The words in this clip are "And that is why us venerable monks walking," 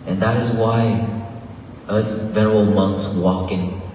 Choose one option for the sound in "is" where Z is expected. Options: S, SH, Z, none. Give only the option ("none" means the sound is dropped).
Z